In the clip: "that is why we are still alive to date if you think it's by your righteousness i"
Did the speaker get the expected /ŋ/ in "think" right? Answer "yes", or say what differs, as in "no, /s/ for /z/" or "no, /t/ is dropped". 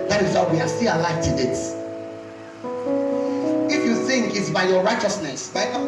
yes